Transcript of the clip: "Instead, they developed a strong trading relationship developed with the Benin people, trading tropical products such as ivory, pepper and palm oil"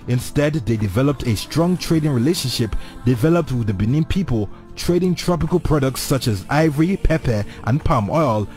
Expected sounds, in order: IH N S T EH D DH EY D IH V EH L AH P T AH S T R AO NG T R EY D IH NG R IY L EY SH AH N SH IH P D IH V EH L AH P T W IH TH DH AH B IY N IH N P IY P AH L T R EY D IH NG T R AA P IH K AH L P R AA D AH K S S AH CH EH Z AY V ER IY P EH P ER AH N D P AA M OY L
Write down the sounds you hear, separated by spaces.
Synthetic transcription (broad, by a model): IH N S T EH D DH EY D IH V EH L AH P T AH S T R AO NG T R EY D IH NG R IY L EY SH AH N SH IH P D IH V EH L AH P T W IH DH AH B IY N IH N P IY P AH L T R EY D IH NG T R AA P IH K AH L P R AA D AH K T S AH CH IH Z AY V ER IY P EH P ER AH N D P AA M OY L